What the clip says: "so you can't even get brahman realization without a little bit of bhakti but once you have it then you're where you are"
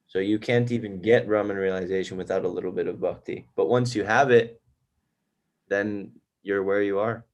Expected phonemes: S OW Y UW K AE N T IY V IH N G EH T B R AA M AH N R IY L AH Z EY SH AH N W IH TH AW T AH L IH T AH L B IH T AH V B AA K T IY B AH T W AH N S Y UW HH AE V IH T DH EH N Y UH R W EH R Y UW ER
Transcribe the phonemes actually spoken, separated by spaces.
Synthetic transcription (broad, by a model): S OW Y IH K AE N T IY V IH N G EH T R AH M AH N R IY L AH Z EY SH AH N W IH TH AW T AH L IH T L B IH T AH V B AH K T IY B AH T W AH N S Y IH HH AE V IH T DH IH N Y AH R W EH R Y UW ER